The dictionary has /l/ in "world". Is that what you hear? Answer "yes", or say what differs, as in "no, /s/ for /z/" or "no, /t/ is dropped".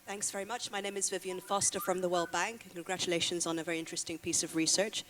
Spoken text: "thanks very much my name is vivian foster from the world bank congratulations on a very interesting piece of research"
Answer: yes